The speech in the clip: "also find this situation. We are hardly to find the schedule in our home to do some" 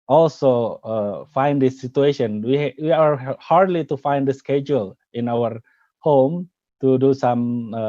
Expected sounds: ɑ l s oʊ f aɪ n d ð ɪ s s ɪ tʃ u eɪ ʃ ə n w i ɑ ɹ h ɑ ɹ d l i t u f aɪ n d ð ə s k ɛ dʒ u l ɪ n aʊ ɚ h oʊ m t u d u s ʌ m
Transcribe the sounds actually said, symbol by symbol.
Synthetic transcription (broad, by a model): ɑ l s oʊ f aɪ n d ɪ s s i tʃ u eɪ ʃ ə n w i ɑ ɹ h ɑ ɹ d l i t u f aɪ n d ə s k ɛ dʒ u l ɪ n aʊ ɚ h oʊ m t u d u s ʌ m